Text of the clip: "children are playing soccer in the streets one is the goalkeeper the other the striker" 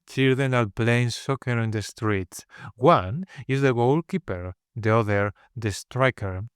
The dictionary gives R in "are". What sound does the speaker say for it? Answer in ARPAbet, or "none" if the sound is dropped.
L